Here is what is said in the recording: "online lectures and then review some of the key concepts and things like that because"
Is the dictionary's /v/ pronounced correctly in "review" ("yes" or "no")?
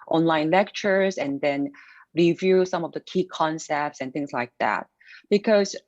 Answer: yes